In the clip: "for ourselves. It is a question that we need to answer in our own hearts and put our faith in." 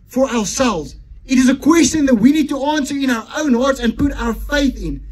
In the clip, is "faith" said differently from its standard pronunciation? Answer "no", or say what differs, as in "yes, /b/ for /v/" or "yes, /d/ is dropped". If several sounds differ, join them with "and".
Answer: no